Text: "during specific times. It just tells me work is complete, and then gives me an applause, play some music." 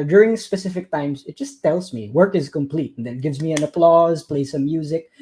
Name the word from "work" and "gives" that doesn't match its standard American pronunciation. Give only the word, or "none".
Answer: none